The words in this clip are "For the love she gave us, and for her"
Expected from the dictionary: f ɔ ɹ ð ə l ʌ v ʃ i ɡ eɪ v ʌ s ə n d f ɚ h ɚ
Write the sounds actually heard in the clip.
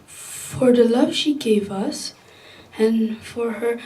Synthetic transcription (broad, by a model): f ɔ ɹ ð ə l ʌ v ʃ i ɡ eɪ v ʌ s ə n f ɚ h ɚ